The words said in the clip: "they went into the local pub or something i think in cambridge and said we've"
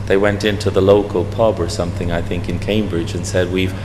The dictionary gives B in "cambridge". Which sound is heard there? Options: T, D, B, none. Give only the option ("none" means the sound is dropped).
B